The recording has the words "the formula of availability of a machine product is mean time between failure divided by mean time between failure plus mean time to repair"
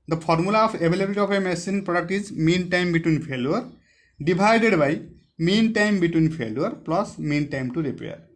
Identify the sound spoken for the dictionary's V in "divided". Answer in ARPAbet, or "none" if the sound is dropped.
B